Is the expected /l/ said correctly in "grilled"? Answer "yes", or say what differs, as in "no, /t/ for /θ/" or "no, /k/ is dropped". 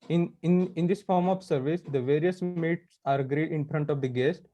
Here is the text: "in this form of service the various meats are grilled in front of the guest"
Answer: no, /l/ is dropped